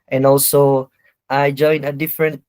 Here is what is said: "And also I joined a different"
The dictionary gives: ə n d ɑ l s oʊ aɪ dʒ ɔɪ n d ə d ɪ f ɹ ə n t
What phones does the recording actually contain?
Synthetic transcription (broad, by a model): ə n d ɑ l s oʊ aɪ dʒ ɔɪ n ə d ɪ f ɹ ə n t